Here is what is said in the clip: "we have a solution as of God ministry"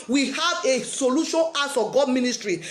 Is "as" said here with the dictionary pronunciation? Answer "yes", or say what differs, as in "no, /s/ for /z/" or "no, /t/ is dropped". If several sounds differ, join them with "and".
no, /s/ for /z/